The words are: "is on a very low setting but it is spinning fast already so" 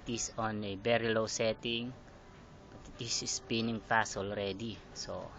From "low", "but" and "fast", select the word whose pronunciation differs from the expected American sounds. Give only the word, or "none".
fast